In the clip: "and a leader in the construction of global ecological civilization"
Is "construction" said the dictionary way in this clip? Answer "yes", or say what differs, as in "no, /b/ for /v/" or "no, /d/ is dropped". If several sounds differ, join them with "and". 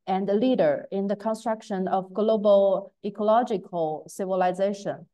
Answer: yes